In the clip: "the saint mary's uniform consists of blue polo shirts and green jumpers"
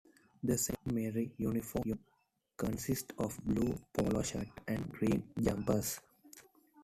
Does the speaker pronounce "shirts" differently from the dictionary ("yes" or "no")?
yes